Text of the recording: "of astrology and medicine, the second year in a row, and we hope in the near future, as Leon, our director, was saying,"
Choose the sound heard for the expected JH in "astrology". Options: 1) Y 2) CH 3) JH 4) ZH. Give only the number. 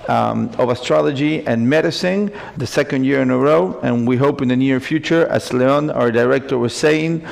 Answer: 3